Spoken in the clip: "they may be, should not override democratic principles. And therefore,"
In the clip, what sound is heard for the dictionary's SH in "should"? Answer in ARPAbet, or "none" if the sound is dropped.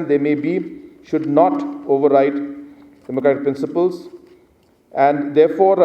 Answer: SH